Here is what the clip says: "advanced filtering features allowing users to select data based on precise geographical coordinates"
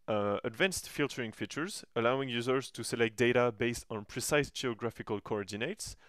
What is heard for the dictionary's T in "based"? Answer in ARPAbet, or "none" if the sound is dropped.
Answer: T